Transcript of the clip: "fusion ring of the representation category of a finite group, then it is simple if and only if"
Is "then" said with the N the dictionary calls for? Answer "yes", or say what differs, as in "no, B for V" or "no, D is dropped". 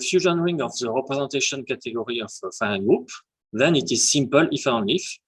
yes